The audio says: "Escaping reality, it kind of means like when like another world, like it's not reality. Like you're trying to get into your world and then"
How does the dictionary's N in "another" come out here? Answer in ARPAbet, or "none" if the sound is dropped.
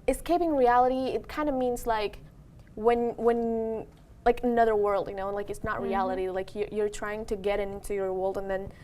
N